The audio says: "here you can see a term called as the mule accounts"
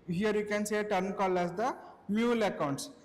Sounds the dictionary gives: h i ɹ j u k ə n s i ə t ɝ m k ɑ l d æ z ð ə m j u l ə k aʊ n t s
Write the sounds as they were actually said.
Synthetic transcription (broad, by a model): h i ɹ j u k ə n s ə t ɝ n k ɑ l æ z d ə m j u l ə k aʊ n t s